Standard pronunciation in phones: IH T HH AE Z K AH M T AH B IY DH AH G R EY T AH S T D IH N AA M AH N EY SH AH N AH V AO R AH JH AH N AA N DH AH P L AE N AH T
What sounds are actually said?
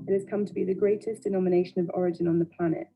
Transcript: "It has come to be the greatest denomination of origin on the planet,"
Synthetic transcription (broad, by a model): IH T HH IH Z K AH M T AH B IY DH AH G R EY T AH S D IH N AA M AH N EY SH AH N AH V AO R AH JH AH N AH N DH AH P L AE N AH T